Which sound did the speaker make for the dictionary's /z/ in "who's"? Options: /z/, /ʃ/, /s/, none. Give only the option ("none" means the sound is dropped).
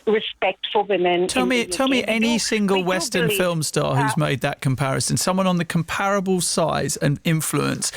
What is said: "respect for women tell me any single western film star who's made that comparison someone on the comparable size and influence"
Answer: /z/